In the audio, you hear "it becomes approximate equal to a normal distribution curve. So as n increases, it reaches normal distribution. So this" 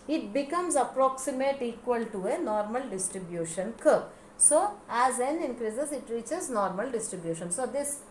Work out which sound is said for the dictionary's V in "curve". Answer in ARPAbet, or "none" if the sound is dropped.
P